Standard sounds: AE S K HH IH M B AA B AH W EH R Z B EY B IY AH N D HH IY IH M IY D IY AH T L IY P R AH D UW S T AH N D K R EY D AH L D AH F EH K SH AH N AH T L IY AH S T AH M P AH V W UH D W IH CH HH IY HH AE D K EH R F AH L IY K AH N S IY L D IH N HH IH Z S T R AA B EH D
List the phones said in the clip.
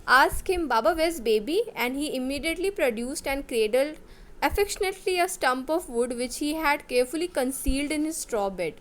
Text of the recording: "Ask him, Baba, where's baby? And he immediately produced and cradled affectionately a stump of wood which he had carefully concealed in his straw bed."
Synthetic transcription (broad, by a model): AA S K HH IH M B AA B AH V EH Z B EY B IY AH N D HH IY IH M IY D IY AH T L IY P R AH D UW S T AH N D K R EY D AH L D AH F EH K SH AH N AH T L IY AH S T AH M P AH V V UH D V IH CH HH IY HH AE D K EH R F AH L IY K AH N S IY L D IH N HH IH Z S T R AA B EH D